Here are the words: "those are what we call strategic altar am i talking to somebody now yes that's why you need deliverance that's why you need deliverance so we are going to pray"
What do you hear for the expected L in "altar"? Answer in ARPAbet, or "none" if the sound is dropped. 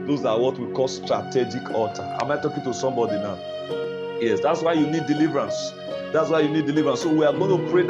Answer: none